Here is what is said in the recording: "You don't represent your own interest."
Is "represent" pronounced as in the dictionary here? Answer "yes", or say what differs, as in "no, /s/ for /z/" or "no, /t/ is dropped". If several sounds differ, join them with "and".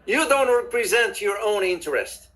yes